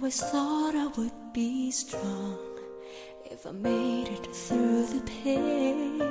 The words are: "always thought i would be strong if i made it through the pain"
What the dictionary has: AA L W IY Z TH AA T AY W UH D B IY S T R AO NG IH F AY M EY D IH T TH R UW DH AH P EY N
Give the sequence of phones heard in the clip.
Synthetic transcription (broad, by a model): W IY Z TH AA T AY W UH D B IY S T R AO NG IH F AY M EY D IH T TH R UW DH AH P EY